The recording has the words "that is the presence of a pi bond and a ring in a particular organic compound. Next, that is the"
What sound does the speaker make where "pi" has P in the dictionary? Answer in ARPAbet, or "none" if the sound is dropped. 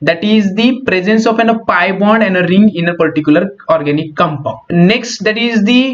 P